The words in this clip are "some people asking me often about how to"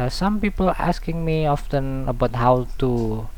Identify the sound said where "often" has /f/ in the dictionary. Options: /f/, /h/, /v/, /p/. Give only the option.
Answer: /f/